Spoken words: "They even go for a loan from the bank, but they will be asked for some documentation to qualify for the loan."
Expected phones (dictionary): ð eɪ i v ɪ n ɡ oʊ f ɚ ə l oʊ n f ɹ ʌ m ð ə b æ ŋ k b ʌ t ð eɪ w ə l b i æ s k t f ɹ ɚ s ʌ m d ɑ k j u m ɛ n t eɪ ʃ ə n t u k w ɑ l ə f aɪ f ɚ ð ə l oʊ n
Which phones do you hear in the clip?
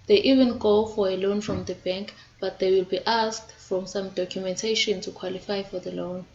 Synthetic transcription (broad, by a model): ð eɪ i v ɪ n ɡ oʊ f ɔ ə l oʊ n f ɹ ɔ m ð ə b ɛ ŋ k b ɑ t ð eɪ w ə l b i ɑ s k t f ɹ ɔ s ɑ m d ɑ k j u m ɛ n t eɪ ʃ ə n t u k w ɑ l ə f aɪ f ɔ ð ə l oʊ n